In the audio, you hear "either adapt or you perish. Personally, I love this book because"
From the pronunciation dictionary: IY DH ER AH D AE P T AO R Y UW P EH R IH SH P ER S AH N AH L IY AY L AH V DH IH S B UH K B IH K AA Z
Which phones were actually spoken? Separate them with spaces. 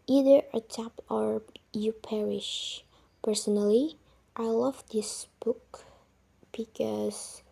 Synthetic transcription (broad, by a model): IY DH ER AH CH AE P AO R Y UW P EH R IH SH P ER S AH N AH L IY AY L AH V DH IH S B UH K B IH K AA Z